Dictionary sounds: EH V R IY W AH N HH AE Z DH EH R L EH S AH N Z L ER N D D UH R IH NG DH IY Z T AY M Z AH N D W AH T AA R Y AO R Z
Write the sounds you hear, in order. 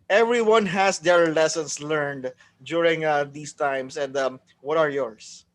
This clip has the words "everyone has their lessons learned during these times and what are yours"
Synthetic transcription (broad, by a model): EH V R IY W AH N HH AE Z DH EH R L EH S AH N S L ER N D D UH R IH NG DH IY S T AY M S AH N D W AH T AA R Y AO R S